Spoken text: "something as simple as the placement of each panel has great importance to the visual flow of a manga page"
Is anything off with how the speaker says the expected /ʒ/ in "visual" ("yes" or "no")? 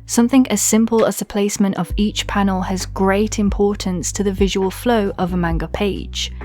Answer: no